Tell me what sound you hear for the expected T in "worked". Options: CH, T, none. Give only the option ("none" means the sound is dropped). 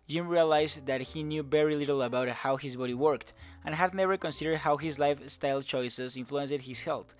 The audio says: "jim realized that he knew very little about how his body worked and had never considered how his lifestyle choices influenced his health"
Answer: T